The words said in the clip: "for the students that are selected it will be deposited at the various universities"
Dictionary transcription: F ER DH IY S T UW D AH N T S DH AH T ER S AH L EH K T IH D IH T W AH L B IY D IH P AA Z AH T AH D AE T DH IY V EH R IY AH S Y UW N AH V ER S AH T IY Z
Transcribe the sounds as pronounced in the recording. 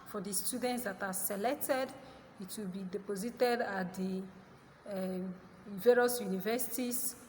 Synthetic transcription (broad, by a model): F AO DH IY S T UW D AH N T S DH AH T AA S AH L EH K T IH D IH T W AH L B IY D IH P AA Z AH T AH D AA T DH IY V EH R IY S Y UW N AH V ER S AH T IY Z